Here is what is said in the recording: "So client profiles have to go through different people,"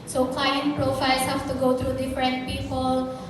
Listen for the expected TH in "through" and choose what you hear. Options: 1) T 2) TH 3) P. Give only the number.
1